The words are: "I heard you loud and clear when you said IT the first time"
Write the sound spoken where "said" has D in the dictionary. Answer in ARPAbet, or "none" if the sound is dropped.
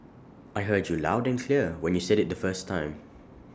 D